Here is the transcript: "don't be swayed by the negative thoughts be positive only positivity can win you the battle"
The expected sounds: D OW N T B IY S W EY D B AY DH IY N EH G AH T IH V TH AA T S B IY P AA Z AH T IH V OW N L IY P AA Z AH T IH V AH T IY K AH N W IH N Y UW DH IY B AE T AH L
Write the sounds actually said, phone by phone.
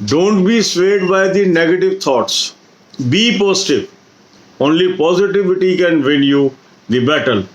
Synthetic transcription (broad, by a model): D OW N T B IY S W EY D B AY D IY N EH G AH T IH V T AA T S B IY P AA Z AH T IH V OW N L IY P AA Z AH T IH V AH T IY K AH N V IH L Y UW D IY B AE T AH L